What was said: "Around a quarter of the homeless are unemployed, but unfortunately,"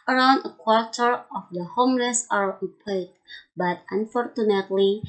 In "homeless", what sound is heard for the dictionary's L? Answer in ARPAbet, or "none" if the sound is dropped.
N